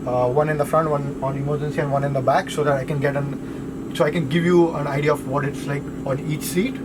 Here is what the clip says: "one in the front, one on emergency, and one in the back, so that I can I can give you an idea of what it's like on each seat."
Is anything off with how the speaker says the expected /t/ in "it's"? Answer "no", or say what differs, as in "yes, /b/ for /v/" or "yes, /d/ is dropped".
no